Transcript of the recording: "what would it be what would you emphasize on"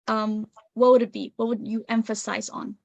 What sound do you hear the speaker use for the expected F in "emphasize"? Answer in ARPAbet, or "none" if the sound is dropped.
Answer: F